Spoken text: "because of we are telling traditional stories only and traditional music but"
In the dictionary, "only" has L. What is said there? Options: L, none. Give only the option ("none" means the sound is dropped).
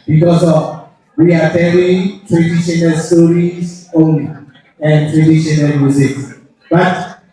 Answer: none